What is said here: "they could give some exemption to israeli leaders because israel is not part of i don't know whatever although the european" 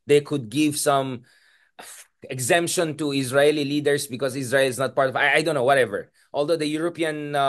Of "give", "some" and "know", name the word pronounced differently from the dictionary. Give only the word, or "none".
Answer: none